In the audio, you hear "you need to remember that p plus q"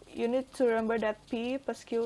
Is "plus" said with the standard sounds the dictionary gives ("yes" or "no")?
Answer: no